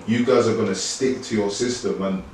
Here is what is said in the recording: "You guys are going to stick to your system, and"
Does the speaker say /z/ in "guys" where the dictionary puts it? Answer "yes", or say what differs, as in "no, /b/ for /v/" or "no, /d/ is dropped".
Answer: yes